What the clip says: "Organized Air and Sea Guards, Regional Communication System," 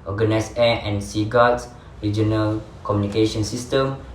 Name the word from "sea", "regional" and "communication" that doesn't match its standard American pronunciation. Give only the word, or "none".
none